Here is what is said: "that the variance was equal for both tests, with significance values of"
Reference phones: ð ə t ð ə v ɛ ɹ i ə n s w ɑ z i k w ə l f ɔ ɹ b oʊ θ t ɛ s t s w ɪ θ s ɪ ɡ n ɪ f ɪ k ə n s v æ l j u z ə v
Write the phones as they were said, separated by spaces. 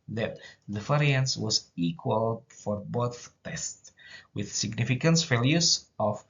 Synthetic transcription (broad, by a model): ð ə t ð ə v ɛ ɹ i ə n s w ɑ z i k w ə l f ɔ ɹ b oʊ θ t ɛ s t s w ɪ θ s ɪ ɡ n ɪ f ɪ k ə n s f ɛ l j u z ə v